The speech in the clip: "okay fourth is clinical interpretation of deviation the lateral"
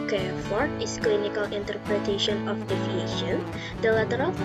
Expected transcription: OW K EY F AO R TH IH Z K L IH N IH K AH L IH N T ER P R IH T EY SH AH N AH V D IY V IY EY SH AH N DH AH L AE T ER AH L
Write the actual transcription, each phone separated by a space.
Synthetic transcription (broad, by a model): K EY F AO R T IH S K L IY N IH K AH L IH N T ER P R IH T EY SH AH N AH F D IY F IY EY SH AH N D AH L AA T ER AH L